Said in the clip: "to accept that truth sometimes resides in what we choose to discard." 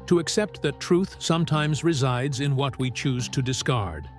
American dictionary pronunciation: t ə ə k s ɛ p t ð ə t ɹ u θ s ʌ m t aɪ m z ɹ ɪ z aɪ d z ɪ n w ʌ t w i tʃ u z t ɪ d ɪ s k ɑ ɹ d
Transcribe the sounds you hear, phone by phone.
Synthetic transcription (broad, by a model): t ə ə k s ɛ p t ð ə t ɹ u θ s ʌ m t aɪ m z ɹ ɪ z aɪ d z ɪ n w ʌ t w i tʃ u z t ɪ d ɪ s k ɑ ɹ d